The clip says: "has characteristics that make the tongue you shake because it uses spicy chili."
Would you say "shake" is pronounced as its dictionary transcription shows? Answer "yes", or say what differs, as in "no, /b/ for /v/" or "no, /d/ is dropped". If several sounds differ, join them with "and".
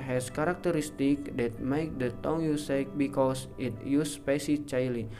no, /s/ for /ʃ/